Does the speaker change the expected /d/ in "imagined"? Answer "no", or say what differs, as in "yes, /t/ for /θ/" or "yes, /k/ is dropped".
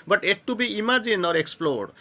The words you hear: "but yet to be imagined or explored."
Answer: yes, /d/ is dropped